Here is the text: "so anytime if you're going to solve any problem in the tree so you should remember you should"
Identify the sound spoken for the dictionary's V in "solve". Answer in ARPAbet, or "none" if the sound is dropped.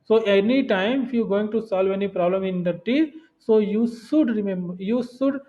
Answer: V